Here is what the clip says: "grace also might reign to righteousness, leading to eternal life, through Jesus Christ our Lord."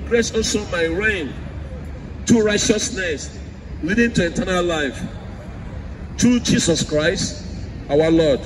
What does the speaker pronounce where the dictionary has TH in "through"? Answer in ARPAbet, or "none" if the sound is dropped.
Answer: T